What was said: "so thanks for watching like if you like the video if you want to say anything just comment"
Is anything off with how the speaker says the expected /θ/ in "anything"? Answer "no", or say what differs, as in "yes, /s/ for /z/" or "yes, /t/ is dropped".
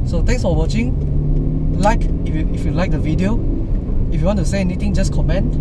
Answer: yes, /t/ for /θ/